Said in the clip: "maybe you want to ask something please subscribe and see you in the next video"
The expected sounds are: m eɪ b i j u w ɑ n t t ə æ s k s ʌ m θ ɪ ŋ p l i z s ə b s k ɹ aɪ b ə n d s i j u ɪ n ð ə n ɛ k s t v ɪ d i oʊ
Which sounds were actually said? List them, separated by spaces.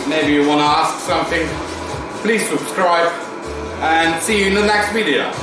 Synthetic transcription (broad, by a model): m eɪ b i j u w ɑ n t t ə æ s k s ʌ m θ ɪ ŋ p l i z s ə b s k ɹ aɪ b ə n s i j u ɪ n ð ə n ɛ k s t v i d i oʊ